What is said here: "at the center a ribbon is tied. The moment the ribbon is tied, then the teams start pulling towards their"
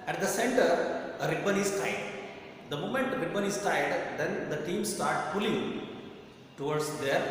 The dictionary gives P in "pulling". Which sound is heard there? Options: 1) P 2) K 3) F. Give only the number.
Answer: 3